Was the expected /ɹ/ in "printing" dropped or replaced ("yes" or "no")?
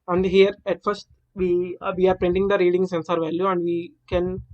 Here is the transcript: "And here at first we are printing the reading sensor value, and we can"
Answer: no